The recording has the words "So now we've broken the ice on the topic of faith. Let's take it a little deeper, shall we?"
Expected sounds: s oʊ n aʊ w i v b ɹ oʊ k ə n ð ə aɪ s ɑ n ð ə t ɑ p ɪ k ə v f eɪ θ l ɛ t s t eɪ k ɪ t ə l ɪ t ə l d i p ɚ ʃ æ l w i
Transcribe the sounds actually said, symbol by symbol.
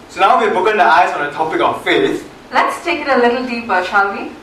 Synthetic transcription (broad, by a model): s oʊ n aʊ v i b oʊ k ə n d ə aɪ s ɑ n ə t ɑ p ɪ k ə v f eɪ s l ɛ t s t eɪ k ɪ t ə l ɪ t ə l d i p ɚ ʃ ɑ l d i